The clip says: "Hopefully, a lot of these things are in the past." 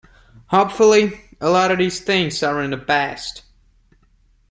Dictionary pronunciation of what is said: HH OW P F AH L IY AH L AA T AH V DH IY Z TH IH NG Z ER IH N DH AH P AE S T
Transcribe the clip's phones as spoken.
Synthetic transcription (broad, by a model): HH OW P F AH L IY AH L AA T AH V DH IY Z TH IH NG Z ER IH N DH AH B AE S T